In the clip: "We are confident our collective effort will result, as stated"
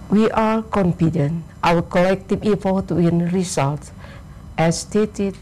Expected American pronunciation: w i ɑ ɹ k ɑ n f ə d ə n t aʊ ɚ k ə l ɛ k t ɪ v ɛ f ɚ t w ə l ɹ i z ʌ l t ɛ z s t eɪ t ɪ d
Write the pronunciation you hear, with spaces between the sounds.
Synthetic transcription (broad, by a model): w i ɑ ɹ k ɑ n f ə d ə n t aʊ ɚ k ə l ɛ k t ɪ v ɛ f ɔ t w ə n ɹ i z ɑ l t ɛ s t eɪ t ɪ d